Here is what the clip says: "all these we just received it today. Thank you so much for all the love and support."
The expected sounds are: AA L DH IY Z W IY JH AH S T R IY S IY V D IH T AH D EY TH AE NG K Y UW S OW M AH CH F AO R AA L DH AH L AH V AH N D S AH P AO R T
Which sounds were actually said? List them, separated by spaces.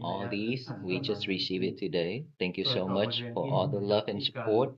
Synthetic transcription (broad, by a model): AA L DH IY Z W IY JH AH S T R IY S IY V IH T AH D EY T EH NG K Y UW S OW M AH CH F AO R AA L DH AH L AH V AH N S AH P AO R T